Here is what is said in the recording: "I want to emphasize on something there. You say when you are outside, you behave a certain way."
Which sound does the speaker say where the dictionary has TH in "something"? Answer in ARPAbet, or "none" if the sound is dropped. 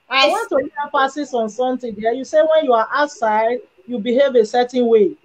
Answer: T